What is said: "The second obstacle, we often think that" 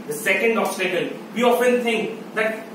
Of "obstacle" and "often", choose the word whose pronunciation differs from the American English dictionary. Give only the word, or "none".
obstacle